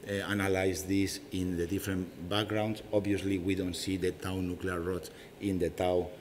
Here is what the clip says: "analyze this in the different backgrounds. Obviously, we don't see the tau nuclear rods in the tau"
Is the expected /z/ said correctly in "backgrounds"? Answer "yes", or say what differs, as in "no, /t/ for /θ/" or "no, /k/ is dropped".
no, /s/ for /z/